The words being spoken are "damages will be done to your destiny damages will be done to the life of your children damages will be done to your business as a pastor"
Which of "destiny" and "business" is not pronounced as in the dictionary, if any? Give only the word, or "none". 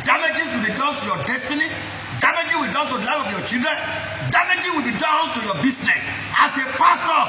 business